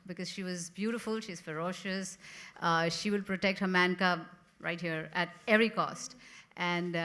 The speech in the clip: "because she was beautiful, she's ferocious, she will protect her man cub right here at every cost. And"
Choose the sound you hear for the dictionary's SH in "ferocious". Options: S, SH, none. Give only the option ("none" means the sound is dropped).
SH